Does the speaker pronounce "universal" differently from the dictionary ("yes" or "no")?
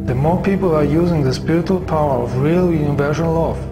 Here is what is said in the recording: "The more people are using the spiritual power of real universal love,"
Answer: yes